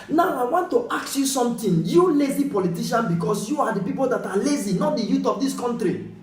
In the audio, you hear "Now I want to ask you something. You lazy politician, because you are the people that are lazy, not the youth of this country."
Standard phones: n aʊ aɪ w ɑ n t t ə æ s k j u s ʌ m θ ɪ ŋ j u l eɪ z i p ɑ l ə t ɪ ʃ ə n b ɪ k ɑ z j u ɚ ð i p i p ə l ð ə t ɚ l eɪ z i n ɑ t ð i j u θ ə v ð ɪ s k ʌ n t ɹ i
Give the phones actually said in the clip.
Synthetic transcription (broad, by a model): n aʊ aɪ w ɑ n t t ə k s j u s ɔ m t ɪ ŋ j u l eɪ z i p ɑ l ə t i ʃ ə n b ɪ k ɑ s j u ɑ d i p i p ə l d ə t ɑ l eɪ z i n ɑ t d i j u t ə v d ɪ s k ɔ n t ɹ i